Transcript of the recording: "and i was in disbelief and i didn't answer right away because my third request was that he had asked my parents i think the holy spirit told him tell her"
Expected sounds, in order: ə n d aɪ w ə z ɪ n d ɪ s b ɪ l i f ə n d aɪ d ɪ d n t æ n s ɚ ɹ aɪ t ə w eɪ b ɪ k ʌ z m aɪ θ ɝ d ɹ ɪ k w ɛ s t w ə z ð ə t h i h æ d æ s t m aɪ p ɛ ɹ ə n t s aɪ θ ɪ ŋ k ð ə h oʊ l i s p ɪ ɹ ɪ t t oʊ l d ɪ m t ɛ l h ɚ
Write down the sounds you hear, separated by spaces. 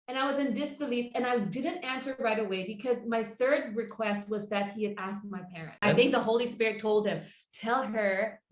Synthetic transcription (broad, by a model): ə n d aɪ w ə z ɪ n d ɪ s b ɪ l i f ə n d aɪ d ɪ d n t æ n s ɚ ɹ aɪ t ə w eɪ b ɪ k ʌ z m aɪ θ ɝ d ɹ ɪ k w ɛ s t w ə z ð ə t h i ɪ d æ s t m aɪ p ɛ ɹ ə n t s aɪ θ ɪ ŋ k ð ə h oʊ l i s p ɪ ɹ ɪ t t oʊ l d ɪ m t ɛ l ɚ